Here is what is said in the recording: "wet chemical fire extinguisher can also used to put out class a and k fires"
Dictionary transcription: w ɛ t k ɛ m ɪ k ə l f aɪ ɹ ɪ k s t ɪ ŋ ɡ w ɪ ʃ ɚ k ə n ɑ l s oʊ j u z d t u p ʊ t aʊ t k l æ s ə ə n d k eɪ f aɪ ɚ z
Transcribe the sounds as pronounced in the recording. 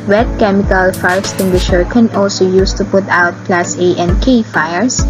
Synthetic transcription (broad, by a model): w ɛ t k ɛ m ɪ k ə l f aɪ ɹ s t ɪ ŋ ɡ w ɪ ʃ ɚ k ə n ɑ l s oʊ j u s t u p ʊ t aʊ t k l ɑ s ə ə n d k eɪ f aɪ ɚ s